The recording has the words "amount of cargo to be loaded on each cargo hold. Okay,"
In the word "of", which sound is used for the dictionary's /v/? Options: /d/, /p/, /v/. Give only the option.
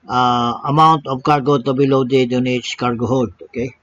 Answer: /p/